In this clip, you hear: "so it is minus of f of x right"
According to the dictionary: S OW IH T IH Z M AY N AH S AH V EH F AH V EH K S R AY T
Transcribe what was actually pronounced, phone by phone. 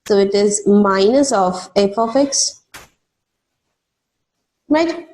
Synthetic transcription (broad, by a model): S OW IH T IH Z M AY N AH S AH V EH P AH F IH K S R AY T